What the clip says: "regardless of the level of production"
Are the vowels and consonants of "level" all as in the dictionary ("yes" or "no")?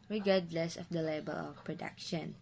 no